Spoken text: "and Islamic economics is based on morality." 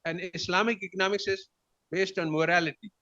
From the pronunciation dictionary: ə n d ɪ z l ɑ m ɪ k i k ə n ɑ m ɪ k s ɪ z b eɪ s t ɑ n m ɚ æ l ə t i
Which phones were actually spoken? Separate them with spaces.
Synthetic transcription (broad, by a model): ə n d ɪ s l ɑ m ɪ k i k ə n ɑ m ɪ k s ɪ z b eɪ s t ɑ n m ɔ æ l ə t i